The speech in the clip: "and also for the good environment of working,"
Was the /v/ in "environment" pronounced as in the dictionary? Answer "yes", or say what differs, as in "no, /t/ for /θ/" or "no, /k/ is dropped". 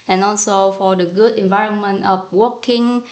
yes